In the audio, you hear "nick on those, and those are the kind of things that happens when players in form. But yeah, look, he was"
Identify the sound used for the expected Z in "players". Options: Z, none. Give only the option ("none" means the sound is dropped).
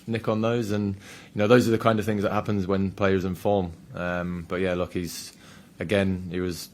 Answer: Z